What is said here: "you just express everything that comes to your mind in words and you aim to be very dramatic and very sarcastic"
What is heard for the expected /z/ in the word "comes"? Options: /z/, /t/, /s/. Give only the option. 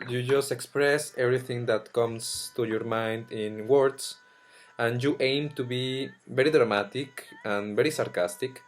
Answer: /s/